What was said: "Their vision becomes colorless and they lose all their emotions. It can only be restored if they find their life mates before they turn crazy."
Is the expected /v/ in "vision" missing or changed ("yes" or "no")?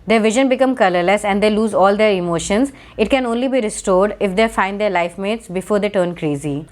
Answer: no